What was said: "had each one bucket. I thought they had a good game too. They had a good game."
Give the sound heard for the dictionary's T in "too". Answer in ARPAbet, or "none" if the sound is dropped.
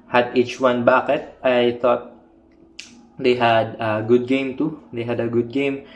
T